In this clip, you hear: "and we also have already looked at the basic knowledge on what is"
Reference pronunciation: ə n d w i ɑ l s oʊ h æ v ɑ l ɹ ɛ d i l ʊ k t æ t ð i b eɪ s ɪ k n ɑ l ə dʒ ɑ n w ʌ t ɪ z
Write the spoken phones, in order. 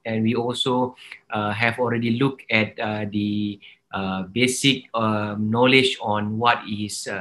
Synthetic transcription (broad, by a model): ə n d w i ɑ l s oʊ h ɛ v ɑ l ɹ ɛ d i l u k ɛ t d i b eɪ s ɪ k n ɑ l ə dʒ ɑ n w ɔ t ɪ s